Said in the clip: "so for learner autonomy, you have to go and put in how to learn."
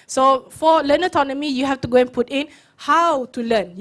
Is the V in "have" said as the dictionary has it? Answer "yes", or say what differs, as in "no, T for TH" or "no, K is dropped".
no, F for V